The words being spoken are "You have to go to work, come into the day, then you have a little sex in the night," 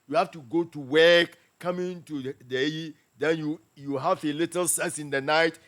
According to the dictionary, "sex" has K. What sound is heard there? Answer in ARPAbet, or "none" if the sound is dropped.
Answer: none